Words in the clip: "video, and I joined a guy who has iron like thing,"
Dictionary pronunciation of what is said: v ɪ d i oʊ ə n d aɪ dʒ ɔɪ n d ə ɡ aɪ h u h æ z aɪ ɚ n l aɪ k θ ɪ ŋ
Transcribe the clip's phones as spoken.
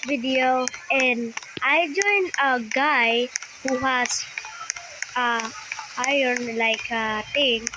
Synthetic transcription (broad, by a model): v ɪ d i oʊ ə n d aɪ dʒ ɔɪ n ə ɡ aɪ h u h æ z aɪ ɚ n l aɪ k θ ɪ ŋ